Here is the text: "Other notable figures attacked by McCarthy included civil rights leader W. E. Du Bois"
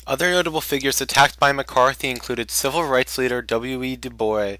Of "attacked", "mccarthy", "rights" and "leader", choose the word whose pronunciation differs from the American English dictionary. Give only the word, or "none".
none